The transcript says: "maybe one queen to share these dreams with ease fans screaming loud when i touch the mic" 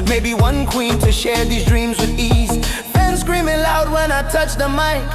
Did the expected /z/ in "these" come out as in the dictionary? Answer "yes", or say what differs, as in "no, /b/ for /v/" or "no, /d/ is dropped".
yes